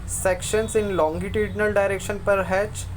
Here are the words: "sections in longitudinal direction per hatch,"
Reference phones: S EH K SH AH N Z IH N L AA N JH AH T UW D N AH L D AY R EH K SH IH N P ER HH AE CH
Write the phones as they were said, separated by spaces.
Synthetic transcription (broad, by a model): S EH K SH AH N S IH N L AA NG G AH T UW D N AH L D AY R EH K SH IH N P ER HH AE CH